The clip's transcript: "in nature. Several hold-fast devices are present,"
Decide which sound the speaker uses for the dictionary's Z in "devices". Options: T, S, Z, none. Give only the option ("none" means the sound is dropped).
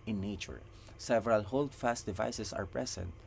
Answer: S